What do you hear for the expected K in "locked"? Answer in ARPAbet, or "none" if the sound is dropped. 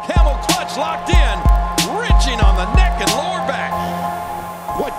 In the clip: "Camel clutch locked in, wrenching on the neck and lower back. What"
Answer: K